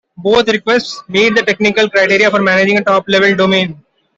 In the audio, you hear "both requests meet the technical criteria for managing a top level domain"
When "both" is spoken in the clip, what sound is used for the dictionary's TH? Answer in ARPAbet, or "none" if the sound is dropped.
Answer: T